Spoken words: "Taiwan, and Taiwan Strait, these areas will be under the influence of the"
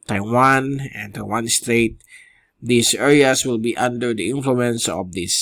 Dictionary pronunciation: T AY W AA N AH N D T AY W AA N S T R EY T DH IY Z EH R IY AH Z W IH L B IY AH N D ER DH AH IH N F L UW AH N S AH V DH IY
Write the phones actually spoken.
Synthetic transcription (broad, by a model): T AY W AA N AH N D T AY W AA N S T R EY T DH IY S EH R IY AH S W IH L B IY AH N D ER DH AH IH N F L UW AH N S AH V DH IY